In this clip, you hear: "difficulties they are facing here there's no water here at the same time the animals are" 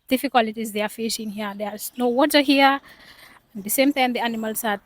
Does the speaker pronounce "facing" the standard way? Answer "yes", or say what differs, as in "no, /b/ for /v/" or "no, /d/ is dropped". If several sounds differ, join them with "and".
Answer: no, /ʃ/ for /s/